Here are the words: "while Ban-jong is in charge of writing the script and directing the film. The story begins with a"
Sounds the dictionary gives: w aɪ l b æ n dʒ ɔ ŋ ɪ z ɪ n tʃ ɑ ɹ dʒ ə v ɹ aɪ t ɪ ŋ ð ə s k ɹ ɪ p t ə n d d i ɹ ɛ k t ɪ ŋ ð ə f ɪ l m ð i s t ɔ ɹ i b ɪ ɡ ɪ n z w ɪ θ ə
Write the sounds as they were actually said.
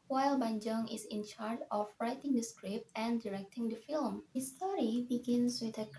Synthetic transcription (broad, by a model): w aɪ l b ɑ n dʒ ɔ ŋ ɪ s ɪ n tʃ ɑ ɹ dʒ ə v ɹ aɪ t ɪ ŋ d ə s k ɹ ɪ p t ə n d d i ɹ ɛ k t ɪ ŋ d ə f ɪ l m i s t ɔ ɹ i b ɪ ɡ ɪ n s w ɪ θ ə